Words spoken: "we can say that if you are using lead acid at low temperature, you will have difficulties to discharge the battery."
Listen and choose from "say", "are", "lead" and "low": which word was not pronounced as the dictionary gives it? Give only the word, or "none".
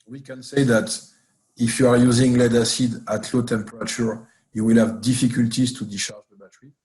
none